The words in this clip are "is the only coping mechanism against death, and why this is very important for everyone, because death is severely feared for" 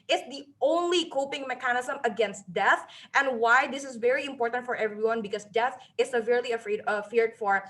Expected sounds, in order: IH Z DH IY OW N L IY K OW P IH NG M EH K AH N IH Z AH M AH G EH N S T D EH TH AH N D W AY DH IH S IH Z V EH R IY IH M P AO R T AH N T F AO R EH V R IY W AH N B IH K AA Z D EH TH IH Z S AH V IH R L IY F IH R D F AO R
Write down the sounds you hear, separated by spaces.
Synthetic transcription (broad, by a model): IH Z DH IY OW N L IY K OW P IH NG M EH K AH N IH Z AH M AH G EH N S T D EH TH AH N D W AY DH IH S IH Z V EH R IY IH M P AO R T AH N T F AO R EH V R IY W AH N B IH K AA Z D EH TH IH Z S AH V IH R L IY F IH R D F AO R